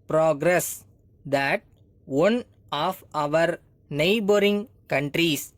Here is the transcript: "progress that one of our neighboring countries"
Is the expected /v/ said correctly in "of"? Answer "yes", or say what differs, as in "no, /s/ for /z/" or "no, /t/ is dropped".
yes